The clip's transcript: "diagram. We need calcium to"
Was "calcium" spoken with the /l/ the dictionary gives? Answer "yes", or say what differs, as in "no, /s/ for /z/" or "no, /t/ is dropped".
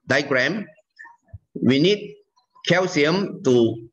no, /w/ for /l/